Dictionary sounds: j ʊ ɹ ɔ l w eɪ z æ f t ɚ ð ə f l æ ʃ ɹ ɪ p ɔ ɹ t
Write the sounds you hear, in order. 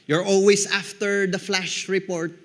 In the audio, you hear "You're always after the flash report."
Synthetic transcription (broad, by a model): j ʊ ɹ ɔ l w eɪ s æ f t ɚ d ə f l æ ʃ ɹ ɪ p ɔ ɹ t